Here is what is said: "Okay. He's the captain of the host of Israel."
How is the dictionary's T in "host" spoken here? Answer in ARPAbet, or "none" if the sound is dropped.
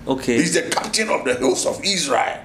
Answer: none